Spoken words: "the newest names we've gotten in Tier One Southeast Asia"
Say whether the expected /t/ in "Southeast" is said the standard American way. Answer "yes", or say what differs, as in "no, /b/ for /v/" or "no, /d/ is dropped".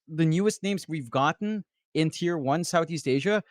yes